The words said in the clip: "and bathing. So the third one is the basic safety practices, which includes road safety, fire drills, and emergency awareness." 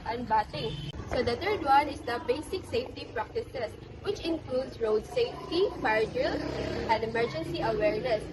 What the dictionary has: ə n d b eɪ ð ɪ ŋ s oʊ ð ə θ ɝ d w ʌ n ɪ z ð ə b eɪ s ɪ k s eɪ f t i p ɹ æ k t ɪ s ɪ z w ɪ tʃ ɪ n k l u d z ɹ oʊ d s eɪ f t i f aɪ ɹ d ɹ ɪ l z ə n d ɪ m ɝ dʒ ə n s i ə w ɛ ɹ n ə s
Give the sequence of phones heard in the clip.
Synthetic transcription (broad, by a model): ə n b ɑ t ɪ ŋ s oʊ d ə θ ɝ d w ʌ n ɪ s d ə b eɪ s ɪ k s eɪ f t i p ɹ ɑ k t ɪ s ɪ s w ɪ tʃ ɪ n k l u d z ɹ oʊ d s eɪ f t i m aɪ ɹ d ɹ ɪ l ə n d ɪ m ɝ dʒ ə n s i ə w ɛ ɹ n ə s